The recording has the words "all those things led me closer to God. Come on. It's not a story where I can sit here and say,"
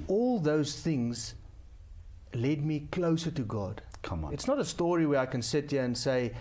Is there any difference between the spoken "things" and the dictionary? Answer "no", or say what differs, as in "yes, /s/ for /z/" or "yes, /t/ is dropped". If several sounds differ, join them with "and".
no